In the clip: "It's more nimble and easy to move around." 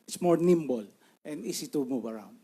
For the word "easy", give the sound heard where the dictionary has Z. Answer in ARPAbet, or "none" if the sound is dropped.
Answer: S